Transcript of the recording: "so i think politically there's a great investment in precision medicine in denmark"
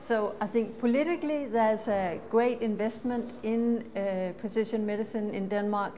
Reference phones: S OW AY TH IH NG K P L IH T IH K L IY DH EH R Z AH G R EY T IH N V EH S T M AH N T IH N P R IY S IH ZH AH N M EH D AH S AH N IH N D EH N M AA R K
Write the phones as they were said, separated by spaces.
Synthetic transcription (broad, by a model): S OW AY TH IH NG K P L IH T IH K L IY DH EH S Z AH G R EY T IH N V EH S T M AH N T IH N P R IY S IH SH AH N M EH D AH S AH N IH N D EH N M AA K